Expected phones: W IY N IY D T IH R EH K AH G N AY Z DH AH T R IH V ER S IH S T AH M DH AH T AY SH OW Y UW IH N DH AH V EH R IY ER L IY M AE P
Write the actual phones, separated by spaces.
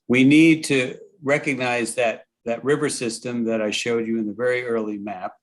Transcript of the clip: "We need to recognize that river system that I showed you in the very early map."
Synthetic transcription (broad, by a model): W IY N IY D T IH R EH K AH G N AY Z DH AH T R IH V ER S IH S T AH M DH AH T AY SH OW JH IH IH N DH AH V EH R IY ER L IY M AE P